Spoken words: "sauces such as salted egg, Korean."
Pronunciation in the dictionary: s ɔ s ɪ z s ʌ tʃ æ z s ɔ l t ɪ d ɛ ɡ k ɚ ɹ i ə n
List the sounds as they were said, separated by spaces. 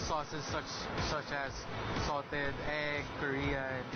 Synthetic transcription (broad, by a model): s ɔ s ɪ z s ʌ tʃ æ z s ɔ t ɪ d ɛ ɡ k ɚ ɹ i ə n